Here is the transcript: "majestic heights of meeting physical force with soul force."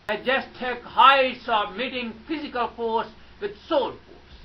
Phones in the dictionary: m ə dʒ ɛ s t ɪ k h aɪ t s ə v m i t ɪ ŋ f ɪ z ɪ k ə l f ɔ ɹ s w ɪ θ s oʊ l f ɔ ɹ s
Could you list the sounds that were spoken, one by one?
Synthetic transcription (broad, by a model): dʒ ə s t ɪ k h aɪ s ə b m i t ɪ ŋ f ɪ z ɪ k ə l f ɔ ɹ s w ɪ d s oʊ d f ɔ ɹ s